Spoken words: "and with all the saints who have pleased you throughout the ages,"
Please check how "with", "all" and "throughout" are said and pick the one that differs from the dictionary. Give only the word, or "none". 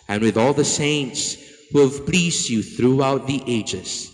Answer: none